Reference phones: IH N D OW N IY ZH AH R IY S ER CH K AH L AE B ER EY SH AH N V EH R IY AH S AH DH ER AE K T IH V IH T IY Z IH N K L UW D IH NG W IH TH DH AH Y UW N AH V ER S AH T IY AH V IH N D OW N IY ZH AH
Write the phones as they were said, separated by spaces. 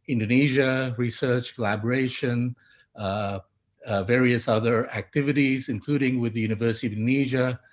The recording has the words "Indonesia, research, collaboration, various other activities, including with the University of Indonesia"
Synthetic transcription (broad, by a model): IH N D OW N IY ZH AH R IY S ER CH K AH L AE B ER EY SH AH N V EH R IY AH S AH DH ER AE K T IH V IH T IY Z IH N K L UW D IH NG W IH DH AH Y UW N AH V ER S AH T IY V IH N N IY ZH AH